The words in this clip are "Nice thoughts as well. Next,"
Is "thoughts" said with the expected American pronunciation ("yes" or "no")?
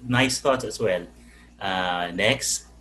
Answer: no